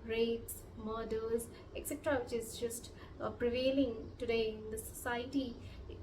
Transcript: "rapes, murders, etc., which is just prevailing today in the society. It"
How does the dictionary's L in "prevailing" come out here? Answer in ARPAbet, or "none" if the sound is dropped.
L